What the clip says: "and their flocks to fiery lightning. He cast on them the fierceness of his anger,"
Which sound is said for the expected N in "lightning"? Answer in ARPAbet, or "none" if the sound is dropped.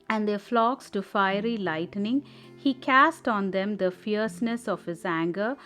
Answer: N